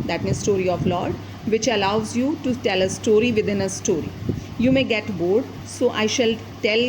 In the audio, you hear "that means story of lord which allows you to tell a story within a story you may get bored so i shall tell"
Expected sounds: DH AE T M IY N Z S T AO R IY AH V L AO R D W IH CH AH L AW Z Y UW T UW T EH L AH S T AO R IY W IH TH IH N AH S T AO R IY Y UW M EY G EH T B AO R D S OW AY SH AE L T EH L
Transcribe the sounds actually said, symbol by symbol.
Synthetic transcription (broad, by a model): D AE T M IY Z S T AO R IY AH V L AO R D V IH CH AH L AW Z Y UW T UW T EH L AH S T AO R IY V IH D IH N AH S T AO R IY Y UW M EY G EH T B AO R D S OW AY SH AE L T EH L